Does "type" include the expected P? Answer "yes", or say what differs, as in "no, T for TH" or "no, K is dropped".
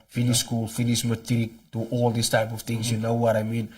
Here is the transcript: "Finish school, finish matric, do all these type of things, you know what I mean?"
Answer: yes